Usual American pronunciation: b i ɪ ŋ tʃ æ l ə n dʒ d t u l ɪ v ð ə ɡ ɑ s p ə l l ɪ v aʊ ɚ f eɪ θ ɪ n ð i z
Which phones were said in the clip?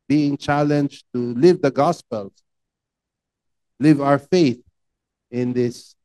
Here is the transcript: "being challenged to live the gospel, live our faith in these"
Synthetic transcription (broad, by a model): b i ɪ ŋ tʃ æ l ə n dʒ t u l ɪ v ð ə ɡ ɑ s p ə l l ɪ v aʊ ɚ f eɪ θ ɪ n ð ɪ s